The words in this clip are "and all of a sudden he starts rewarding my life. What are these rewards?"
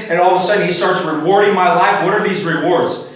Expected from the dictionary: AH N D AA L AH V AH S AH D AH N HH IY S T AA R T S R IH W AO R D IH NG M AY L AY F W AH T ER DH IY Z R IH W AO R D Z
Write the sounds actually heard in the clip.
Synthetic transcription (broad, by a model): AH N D AA L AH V AH S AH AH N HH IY S T AA R T S R IH W AO R D IH NG M AY L AY F W AH T ER DH IY Z R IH W AO R D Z